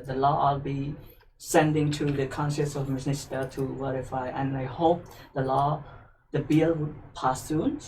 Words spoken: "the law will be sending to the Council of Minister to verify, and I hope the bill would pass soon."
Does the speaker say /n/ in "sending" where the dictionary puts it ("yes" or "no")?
yes